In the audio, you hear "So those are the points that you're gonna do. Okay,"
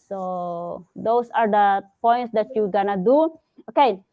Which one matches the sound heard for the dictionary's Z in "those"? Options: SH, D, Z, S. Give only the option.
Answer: S